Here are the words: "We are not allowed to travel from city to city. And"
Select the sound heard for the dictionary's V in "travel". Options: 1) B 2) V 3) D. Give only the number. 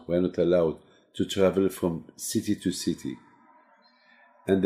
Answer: 2